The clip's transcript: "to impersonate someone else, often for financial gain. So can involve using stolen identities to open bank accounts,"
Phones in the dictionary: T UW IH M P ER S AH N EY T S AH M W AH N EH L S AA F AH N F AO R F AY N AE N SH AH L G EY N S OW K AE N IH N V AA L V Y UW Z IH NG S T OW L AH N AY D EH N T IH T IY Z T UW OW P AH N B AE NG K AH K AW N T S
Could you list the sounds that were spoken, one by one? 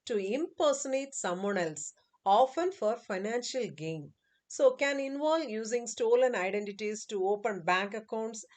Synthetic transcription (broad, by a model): T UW IH M P ER S AH N EY T S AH M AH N EH L S AA F AH N F AO R F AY N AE N SH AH L G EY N S OW K AE N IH N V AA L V Y UW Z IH NG S T OW L AH N AY D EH N T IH T IY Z T UW OW P AH N B AE NG K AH K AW N T S